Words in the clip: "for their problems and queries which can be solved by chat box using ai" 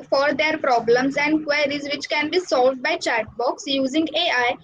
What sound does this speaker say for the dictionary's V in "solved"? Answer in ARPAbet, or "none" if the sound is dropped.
V